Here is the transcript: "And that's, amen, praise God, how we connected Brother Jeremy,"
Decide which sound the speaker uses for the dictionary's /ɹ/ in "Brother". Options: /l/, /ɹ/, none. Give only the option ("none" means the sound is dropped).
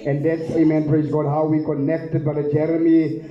none